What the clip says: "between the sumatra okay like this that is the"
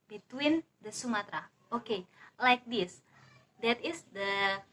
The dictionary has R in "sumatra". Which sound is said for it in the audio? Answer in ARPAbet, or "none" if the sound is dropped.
R